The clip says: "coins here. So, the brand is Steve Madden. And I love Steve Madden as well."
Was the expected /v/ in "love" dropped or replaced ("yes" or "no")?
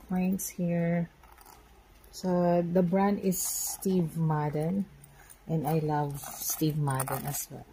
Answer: no